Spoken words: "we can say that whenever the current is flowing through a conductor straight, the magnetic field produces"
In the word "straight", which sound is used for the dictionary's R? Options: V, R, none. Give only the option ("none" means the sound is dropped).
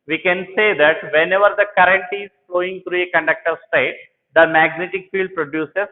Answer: none